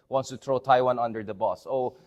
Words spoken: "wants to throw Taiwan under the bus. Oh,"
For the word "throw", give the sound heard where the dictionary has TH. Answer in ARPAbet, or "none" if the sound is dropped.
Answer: T